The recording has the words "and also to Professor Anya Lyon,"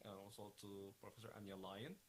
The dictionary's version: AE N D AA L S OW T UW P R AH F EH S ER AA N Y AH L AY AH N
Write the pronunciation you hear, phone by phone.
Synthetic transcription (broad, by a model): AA W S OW T UW P R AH F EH S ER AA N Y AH L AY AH N